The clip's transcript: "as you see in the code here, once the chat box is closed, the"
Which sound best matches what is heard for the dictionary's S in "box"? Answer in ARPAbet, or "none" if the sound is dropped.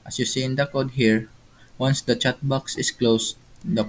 S